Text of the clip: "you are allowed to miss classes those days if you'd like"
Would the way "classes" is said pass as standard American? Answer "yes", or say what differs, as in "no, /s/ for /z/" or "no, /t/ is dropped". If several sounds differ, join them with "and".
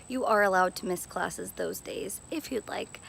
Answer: yes